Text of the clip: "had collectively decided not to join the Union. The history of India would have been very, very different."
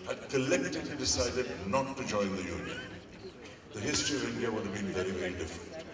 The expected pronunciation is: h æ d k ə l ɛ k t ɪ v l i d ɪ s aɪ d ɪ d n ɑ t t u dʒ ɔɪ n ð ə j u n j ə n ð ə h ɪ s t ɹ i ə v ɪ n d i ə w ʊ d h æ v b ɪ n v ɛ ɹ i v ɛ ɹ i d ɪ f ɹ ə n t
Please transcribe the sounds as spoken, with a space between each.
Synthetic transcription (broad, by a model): h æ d k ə l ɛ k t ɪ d l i d ɪ s aɪ d ɪ d n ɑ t t u dʒ ɔɪ n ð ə j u n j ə n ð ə h ɪ s t ɹ i ə v ɪ n d i ə w ʊ d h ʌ v b ɪ n v ɛ ɹ i v ɛ ɹ i d ɪ f ɹ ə n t